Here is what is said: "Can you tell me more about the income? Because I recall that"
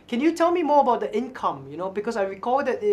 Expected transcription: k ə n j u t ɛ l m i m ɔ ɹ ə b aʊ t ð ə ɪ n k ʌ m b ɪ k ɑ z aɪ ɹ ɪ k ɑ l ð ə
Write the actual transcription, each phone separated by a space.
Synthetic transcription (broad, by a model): k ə n j u t ɛ l m i m ɔ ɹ ə b aʊ t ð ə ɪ n k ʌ m b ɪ k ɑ s aɪ ɹ ɪ k ɑ l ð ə